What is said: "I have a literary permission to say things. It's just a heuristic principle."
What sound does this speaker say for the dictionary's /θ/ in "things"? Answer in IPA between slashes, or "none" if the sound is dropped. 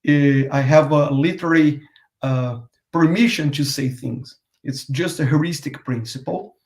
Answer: /θ/